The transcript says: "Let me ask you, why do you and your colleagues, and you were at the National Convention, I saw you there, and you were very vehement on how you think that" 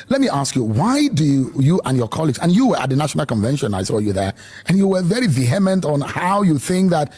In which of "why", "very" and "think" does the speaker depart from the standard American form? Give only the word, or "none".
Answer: none